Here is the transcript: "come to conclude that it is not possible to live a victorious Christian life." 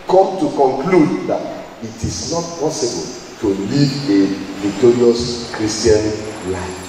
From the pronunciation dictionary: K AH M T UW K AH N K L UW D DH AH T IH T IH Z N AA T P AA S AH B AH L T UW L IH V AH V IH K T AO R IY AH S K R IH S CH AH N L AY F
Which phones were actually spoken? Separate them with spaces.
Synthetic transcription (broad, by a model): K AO T UW K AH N K L UW D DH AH T IH T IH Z N AA T P AA S AH B AH L T UW L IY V AH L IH T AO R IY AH S K R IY S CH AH N L AY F